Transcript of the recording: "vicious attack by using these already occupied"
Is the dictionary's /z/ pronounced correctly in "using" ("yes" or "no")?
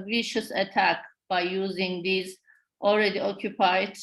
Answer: yes